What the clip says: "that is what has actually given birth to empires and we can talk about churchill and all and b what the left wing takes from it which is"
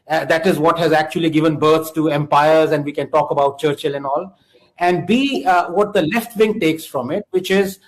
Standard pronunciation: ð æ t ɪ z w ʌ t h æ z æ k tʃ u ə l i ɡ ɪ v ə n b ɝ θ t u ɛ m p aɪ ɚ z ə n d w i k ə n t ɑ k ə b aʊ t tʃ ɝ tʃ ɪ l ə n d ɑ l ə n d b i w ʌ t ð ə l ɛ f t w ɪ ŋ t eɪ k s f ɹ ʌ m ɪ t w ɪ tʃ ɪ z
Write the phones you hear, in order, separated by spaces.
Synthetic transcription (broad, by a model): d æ t ɪ z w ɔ t h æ z æ k tʃ u ə l i ɡ ɪ v ə n b ɝ s t u ɛ m p aɪ ɚ z ə n d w i k ə n t ɑ k ə b aʊ t tʃ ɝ tʃ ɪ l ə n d ɑ l ə n d b i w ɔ t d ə l ɛ f t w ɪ ŋ t eɪ k s f ɹ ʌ m ɪ t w ɪ tʃ ɪ z